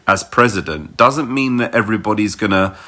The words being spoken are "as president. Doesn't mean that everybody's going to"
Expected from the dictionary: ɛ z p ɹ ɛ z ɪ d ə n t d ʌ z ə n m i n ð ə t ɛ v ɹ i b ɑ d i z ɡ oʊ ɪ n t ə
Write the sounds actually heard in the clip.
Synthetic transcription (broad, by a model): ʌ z p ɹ ɛ z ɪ d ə n d ʌ z ə n m i n ð ə t ɛ v ɹ i b ɑ d i z ɡ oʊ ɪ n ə